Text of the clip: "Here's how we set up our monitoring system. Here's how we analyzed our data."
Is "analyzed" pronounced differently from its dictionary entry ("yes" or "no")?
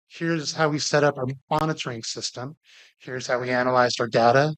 no